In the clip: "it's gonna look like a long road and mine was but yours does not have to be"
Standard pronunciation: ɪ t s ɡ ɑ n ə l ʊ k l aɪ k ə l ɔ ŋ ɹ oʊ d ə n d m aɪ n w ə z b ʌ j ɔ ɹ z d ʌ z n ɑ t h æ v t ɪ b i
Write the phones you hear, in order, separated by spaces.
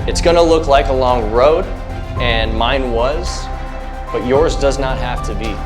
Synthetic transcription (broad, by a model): ɪ t s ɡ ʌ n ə l ʊ k l aɪ k ə l ɔ ŋ ɹ oʊ d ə n m aɪ n w ə z b ʌ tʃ ɔ ɹ z d ʌ z n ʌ t h æ f t ɪ b i